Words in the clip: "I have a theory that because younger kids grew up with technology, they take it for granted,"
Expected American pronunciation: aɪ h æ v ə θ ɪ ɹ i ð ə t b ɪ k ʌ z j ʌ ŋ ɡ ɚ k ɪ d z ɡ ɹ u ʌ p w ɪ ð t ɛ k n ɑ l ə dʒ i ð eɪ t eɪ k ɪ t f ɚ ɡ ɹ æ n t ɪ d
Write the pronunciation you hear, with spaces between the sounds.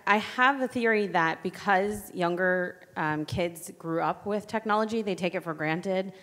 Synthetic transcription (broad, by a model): aɪ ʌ v ə θ ɪ ɹ i ð ə t b ɪ k ʌ z j ʌ ŋ ɡ ɚ k ɪ d z ɡ ɹ u ʌ p w ɪ ð t ɛ k n ɑ l ə dʒ i ð eɪ t eɪ k ɪ t f ɚ ɡ ɹ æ n t ɪ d